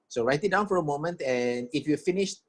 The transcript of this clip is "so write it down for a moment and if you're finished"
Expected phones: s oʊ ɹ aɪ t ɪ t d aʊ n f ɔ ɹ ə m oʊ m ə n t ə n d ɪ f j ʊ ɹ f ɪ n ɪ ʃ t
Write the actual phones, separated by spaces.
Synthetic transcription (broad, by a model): s oʊ ɹ aɪ t ɪ t d aʊ n f ɔ ɹ ə m oʊ m ə n t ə n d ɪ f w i f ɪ n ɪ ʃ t